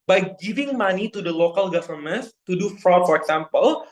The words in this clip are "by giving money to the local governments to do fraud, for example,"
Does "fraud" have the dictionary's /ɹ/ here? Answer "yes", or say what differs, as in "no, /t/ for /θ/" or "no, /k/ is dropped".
yes